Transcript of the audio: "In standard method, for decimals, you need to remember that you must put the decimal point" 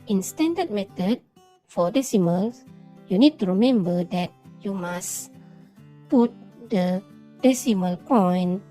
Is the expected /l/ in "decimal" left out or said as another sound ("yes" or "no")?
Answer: no